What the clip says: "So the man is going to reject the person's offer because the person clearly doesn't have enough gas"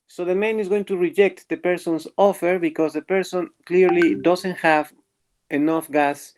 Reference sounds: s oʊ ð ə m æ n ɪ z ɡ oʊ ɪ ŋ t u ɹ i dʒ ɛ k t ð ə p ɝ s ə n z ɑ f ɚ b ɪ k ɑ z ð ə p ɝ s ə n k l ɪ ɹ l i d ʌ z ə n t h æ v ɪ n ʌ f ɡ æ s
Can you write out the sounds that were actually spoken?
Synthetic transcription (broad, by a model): s oʊ ð ə m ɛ n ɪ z ɡ oʊ ɪ ŋ t u ɹ i dʒ ɛ k t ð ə p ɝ s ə n s ɑ f ɚ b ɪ k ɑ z ð ə p ɝ s ə n k l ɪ ɹ l i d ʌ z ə n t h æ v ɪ n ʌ f ɡ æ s